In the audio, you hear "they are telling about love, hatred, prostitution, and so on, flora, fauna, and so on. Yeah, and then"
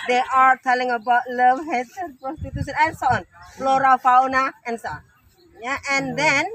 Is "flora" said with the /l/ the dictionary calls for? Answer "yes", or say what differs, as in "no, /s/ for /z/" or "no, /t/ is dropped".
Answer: yes